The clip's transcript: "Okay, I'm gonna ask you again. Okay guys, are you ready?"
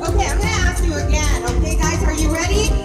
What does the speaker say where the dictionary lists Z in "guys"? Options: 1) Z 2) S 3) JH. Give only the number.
1